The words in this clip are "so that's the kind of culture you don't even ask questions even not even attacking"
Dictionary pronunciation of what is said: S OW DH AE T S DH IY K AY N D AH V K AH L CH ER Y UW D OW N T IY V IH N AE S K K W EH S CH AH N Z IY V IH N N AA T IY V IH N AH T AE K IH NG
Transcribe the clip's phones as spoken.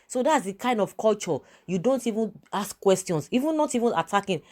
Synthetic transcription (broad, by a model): S OW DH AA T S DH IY K AY N D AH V K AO L CH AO Y UW D OW N T IY V IH N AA S K K W EH S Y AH N S IY V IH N N AA T IY V IH N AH T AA K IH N